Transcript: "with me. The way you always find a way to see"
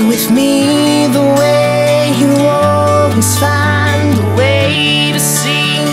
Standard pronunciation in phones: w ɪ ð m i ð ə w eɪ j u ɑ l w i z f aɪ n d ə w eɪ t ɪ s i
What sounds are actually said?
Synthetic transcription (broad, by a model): w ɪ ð m i ð ə w eɪ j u ɑ l w i z f aɪ n ə w eɪ t ɪ s i